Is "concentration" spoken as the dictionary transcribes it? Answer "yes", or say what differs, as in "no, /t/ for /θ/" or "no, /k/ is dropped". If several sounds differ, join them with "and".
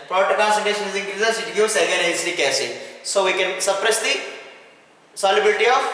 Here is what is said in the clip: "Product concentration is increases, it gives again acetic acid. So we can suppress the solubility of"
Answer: no, /ɹ/ is dropped